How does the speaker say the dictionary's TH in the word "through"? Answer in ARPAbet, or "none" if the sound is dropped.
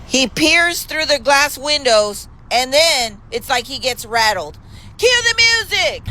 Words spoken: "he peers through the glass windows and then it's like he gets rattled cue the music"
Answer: TH